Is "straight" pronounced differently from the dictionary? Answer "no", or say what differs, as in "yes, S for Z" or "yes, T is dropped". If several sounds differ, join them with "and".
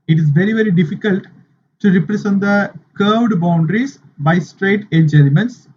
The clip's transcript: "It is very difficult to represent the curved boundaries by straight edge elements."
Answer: no